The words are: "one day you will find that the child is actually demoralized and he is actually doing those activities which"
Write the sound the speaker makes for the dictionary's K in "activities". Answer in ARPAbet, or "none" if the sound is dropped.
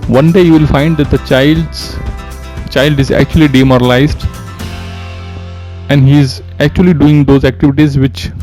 K